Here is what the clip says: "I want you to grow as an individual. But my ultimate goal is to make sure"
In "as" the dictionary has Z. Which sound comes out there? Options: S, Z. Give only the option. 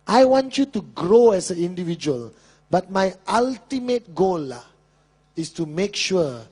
S